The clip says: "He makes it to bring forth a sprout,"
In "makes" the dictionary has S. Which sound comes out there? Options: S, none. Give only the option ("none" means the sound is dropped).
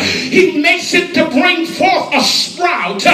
S